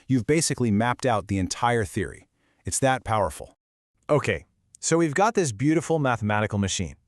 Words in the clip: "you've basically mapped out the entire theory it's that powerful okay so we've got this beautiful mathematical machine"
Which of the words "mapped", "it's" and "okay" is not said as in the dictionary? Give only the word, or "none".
none